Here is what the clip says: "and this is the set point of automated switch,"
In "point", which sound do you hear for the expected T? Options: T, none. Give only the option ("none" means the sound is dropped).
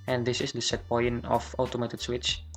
none